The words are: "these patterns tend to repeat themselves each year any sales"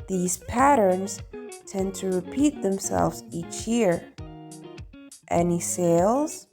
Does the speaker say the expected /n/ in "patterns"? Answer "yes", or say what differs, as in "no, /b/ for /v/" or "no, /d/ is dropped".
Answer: yes